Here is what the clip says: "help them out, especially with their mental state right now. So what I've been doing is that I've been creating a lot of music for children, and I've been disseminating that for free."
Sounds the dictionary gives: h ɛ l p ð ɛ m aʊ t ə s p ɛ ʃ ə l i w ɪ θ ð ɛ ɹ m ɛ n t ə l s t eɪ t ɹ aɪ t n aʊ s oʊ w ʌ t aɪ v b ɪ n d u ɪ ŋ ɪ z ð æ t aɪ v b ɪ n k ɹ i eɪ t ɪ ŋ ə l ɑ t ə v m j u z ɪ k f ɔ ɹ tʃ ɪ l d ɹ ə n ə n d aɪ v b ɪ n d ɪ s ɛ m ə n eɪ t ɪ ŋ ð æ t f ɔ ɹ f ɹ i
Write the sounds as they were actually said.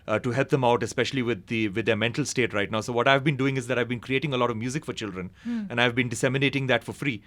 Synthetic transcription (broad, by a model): h ɛ l p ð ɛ m aʊ t ə s p ɛ ʃ ə l i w ɪ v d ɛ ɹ m ɛ n t ə l s t eɪ t ɹ aɪ t n aʊ s oʊ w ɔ t aɪ v b ɪ n d u ɪ ŋ ɪ z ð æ t aɪ v b ɪ n k ɹ i eɪ t ɪ ŋ ə l ɑ t ə v m j u z ɪ k f ɔ ɹ tʃ ɪ l d ɹ ə n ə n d aɪ v b ɪ n d ɪ s ɛ m ə n eɪ t ɪ ŋ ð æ t f ɔ ɹ f ɹ i